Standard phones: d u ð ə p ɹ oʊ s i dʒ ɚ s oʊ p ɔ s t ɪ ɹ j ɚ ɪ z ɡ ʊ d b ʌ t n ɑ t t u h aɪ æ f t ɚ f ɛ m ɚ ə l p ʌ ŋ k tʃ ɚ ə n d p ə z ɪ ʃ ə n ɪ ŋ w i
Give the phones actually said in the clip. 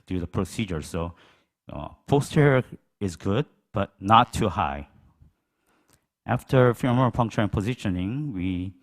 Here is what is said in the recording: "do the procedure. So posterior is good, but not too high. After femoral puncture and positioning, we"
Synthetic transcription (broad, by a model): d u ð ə p ɹ oʊ s i dʒ ɚ s oʊ p ɔ s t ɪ ɹ ɪ z ɡ ʊ d b ʌ t n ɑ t t u h aɪ æ f t ɚ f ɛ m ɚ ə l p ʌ ŋ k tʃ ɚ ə n p ə z ɪ ʃ ə n ɪ ŋ w i